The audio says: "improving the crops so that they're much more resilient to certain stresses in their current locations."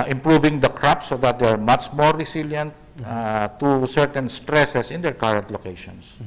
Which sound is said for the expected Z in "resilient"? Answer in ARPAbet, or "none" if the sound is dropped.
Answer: S